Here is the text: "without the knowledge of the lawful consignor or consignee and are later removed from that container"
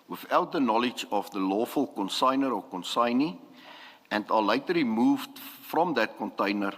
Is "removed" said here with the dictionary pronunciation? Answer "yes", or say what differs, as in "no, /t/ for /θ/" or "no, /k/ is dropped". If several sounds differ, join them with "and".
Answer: no, /l/ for /ɹ/